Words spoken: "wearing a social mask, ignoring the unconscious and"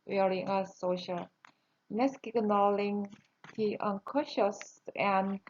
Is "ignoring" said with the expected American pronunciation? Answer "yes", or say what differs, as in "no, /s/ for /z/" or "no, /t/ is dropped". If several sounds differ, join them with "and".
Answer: no, /l/ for /ɹ/